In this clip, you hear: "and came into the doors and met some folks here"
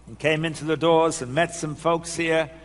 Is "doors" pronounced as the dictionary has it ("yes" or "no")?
yes